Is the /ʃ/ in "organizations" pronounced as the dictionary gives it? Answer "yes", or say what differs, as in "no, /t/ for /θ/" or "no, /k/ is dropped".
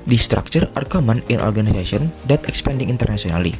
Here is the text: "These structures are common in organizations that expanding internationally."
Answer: no, /s/ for /ʃ/